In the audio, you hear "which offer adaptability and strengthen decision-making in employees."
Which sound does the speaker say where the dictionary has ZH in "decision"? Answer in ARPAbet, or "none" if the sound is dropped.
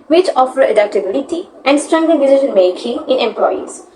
SH